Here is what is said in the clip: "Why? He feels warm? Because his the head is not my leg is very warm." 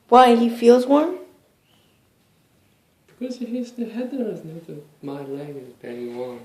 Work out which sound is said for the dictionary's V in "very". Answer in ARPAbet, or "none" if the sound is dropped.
B